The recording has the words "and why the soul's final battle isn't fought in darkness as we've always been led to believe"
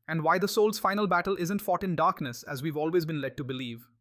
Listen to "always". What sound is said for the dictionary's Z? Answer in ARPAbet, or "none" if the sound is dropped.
Z